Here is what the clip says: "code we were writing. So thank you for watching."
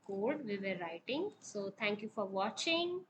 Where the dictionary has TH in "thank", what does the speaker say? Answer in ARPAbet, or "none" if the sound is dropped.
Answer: T